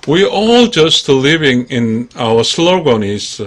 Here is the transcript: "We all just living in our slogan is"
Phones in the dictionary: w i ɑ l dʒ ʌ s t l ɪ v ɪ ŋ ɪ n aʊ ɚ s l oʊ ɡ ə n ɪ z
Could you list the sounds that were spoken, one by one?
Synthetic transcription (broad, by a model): w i ɑ l dʒ ʌ s t l ɪ v ɪ ŋ ɪ n aʊ ɚ s l oʊ ɡ ə n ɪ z